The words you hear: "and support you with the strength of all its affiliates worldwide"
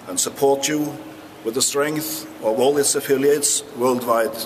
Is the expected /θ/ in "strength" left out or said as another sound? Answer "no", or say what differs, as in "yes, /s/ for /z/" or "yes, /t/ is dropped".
no